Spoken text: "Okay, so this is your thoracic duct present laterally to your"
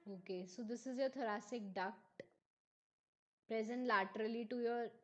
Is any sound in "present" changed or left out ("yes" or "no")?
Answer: no